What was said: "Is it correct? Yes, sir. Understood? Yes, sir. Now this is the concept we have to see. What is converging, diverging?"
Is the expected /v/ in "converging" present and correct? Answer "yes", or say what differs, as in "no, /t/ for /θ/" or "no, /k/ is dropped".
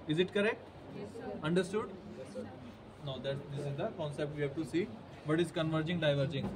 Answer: yes